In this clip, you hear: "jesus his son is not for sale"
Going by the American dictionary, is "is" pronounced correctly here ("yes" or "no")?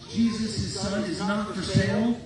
yes